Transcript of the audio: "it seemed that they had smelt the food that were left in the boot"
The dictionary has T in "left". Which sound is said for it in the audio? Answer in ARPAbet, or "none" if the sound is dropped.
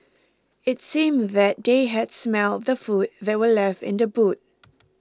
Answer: T